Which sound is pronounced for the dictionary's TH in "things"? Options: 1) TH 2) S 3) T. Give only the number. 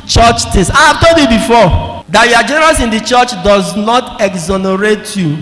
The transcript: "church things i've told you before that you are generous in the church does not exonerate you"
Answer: 3